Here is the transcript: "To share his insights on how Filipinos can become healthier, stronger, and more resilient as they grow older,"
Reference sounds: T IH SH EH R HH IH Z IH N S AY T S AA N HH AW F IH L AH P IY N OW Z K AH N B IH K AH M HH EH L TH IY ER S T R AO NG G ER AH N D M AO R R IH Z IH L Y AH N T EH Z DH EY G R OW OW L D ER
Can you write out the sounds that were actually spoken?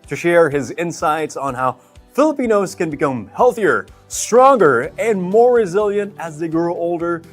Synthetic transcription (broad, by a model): T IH SH EH R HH IH Z IH N S AY T S N HH AW F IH L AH P IY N OW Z K AH N B IH K AH M HH EH L TH IY ER S T R AO NG G ER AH N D M AO R R IH Z IH L Y AH N T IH Z DH EY G R OW OW L D ER